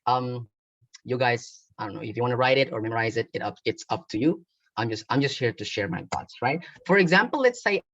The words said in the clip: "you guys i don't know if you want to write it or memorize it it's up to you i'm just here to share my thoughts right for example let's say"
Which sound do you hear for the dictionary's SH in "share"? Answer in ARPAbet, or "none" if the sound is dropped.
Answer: SH